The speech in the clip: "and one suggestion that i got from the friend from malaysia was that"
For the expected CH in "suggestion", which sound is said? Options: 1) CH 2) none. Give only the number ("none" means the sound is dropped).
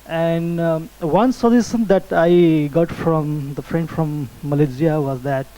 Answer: 2